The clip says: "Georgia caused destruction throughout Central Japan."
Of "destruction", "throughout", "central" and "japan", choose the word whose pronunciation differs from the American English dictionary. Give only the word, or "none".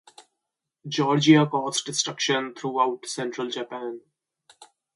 throughout